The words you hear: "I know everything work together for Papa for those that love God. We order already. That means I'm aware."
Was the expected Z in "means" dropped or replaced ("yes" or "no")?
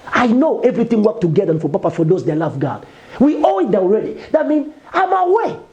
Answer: yes